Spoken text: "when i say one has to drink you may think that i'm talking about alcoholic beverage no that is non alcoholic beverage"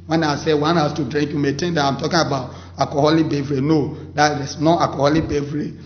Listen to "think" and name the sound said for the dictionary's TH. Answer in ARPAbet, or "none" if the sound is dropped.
T